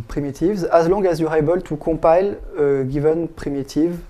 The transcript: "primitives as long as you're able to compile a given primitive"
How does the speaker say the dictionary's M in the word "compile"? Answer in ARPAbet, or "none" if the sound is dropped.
none